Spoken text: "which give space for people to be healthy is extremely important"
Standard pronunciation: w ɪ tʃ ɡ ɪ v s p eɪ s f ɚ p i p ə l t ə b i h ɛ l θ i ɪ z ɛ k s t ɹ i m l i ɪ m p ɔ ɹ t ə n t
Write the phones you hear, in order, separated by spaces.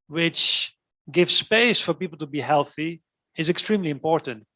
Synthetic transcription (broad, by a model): w ɪ tʃ ɡ ɪ v s p eɪ s f ɚ p i p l t ə b i h ɛ l θ i ɪ z ɛ k s t ɹ i m l i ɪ m p ɔ ɹ t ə n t